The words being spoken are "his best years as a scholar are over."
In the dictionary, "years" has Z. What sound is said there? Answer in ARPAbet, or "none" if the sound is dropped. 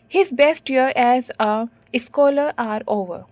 none